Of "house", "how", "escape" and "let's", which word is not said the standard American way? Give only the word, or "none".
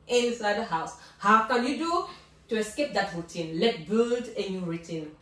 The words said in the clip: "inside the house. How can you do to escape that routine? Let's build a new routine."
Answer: let's